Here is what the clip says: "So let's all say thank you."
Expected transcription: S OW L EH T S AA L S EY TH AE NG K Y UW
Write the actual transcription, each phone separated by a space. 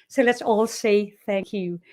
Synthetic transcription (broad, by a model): S OW L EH T S AA L S EY TH AE NG K Y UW